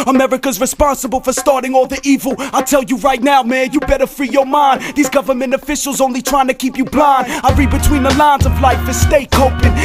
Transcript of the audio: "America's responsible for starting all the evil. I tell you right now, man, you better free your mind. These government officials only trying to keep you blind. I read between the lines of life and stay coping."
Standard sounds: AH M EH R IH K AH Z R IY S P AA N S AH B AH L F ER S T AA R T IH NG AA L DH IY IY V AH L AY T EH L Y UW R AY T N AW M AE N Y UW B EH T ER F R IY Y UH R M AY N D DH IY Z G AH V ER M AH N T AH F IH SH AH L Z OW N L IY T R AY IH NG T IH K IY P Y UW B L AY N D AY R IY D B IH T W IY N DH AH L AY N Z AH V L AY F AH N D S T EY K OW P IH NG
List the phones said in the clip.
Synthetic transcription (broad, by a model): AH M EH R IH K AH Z R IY S P AA N S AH B L F ER S T AA R T IH NG AA L DH IY IY V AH L AY T EH L Y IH R AY T N AW M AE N Y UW B EH T ER F R IY Y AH R M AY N DH IY Z G AH V ER M AH N T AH F IH SH L Z OW N L IY T R AY IH NG T IH K IY P Y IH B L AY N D AY R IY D B IH T W IY N DH AH L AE N Z AH V L AY F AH S T EY K OW P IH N